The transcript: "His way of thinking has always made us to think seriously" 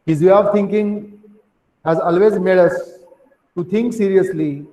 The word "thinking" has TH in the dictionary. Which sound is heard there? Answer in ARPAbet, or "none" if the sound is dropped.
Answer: T